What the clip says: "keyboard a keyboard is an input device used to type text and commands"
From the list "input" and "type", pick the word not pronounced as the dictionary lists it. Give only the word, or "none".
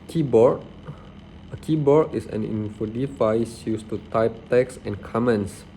input